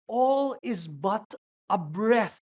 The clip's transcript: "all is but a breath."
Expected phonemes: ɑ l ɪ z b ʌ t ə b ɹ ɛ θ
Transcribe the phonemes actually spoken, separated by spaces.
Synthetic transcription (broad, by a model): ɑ l ɪ z b ʌ t ə b ɹ ɛ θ